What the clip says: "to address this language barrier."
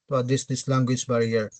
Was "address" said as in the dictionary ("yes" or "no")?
no